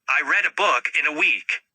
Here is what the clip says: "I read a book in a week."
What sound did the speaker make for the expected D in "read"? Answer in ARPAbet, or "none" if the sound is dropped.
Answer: D